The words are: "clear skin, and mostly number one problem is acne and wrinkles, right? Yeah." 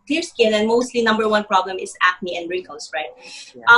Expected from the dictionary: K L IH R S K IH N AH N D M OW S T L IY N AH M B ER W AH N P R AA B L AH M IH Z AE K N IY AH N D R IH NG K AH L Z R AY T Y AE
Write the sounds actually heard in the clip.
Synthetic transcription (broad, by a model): K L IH R S K IH N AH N M OW S T L IY N AH M B ER W AH N P R AA B L AH M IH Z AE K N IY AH N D R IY K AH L S R AY T